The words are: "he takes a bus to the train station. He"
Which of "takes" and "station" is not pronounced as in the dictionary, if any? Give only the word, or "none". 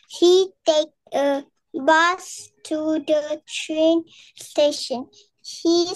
takes